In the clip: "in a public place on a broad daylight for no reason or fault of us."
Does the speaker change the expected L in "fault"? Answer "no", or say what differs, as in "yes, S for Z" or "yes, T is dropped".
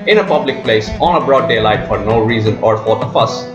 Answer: yes, L is dropped